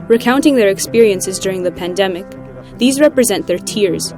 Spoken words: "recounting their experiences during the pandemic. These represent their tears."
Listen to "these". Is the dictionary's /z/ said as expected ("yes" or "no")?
yes